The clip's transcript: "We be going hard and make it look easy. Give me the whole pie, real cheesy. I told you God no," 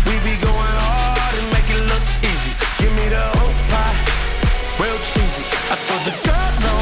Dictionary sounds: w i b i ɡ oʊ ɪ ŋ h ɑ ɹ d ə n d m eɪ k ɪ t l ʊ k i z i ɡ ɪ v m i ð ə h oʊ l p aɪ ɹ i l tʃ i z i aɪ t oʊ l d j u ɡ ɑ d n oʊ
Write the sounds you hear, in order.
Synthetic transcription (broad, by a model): w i b i ɡ oʊ ɪ ŋ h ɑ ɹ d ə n m eɪ k ɪ t l ʊ k i z i ɡ ɪ v m i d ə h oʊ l p aɪ w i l tʃ i z i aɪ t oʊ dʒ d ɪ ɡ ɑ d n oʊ